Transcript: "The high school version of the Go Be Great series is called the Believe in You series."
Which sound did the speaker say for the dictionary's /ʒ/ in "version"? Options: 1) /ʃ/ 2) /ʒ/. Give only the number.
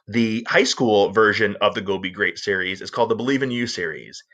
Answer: 2